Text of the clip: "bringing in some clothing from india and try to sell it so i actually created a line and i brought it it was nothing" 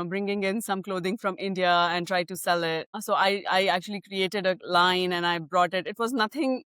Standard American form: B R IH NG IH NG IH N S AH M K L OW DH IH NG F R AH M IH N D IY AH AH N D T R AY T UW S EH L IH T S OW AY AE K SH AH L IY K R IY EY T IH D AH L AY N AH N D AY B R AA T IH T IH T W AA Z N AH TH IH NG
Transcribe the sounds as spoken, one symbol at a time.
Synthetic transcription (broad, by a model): B R IH NG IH NG IH N S AH M K L OW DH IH NG F R AH M IH N D IY AH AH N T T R AY T UW S EH L IH T S OW AY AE K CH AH L IY K R IY EY T IH D AH L AY N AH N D AY B R AA T IH T IH T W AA Z N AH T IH NG